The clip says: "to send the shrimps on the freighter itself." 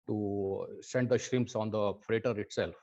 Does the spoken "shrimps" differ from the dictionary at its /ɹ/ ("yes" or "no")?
no